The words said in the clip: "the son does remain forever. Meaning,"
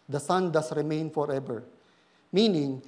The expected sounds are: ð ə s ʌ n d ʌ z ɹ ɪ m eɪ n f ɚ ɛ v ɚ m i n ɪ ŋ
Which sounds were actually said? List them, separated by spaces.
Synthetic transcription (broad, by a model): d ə s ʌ n d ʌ s ɹ ɪ m eɪ n f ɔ ɛ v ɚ m i n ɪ ŋ